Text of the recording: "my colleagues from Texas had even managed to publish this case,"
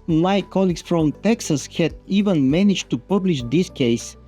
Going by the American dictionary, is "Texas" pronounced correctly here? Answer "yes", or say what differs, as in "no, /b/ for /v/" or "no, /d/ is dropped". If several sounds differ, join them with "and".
yes